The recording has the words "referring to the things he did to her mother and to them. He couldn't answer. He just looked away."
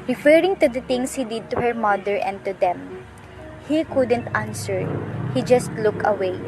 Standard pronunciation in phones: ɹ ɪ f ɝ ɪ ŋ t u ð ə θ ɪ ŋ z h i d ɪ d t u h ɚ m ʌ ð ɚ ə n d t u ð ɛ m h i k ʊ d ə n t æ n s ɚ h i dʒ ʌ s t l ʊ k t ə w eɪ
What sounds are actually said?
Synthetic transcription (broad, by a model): ɹ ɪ f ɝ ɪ ŋ t u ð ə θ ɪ ŋ s h i d ɪ d t u h ɚ m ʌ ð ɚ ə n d t u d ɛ m h i k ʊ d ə n t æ n s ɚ h i dʒ ʌ s t l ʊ k ə w eɪ